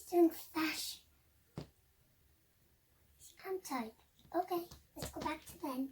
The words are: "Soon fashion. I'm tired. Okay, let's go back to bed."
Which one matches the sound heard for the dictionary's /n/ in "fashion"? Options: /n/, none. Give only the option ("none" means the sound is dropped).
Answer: none